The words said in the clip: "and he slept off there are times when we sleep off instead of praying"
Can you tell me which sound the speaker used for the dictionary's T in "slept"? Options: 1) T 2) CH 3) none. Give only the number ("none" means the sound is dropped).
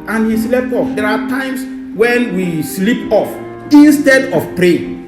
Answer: 3